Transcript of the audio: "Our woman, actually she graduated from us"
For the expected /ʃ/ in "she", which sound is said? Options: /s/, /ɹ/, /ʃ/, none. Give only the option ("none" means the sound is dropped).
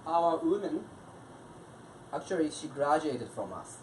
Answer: /ʃ/